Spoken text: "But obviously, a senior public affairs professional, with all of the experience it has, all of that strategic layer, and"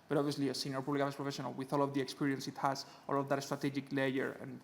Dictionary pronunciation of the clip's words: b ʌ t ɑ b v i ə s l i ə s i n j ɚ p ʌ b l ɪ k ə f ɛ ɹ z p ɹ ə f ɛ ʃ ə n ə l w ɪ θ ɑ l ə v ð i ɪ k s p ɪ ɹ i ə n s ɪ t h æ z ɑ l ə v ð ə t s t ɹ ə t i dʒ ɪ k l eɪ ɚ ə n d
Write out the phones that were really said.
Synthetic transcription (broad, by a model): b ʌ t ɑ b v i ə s l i ə s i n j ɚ p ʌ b l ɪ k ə ɛ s p ɹ ə f ɛ ʃ ə n ə l w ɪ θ ɑ l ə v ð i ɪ k s p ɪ ɹ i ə n s ɪ t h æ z ɑ l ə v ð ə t s t ɹ ə t i dʒ ɪ k l eɪ ɚ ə n